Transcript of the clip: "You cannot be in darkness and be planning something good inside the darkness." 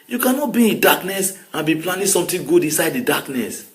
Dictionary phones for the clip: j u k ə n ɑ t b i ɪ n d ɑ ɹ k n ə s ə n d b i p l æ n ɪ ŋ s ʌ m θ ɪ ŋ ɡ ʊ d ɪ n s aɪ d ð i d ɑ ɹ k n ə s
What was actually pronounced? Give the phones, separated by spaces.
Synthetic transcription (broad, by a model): j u k ə n ɑ t b i ɪ n d ɑ k n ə s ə n b i p l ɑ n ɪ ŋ s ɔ m t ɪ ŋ ɡ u d ɪ n s aɪ d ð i d ɑ k n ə s